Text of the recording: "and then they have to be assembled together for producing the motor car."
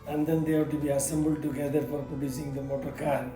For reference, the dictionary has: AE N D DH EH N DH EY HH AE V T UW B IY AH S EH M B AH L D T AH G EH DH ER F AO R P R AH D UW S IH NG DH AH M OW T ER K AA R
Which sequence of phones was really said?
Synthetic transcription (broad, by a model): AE N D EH N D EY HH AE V T UW B IY AH S EH M B AH L D T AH G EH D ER F AO R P AH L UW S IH NG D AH M OW T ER K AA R